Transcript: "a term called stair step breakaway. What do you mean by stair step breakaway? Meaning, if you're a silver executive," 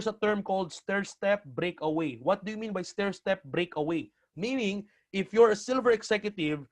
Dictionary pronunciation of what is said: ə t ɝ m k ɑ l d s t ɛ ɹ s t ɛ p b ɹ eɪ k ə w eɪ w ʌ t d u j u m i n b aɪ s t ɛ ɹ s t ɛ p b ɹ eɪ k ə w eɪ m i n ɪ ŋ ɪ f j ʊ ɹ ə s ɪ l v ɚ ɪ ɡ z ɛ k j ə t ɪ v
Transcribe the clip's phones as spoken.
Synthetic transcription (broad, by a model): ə t ɝ m k ɑ l d s t ɛ ɹ s t ɛ p b ɹ eɪ k ə w eɪ w ʌ t d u j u m i n b aɪ s t ɛ ɹ s t ɛ p b ɹ eɪ k ə w eɪ m i n ɪ ŋ ɪ f j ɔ ɹ ə s ɪ l v ɚ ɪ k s ɛ k j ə t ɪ v